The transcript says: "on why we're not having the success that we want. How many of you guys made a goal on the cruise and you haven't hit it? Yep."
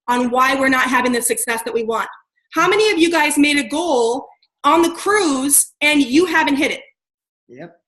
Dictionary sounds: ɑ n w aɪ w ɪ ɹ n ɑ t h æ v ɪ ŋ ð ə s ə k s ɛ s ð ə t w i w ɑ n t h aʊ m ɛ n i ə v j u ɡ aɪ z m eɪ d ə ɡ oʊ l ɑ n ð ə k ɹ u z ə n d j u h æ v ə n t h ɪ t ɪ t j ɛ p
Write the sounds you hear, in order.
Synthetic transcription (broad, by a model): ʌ n w aɪ w ɪ ɹ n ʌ t h æ v ɪ ŋ ð ə s ə k s ɛ s ð ə t w i w ɑ n t h aʊ m ɛ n i ə v j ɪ ɡ aɪ z m eɪ d ə ɡ oʊ l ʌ n ð ə k ɹ u z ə n j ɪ h æ v ə n t h ɪ t ɪ t j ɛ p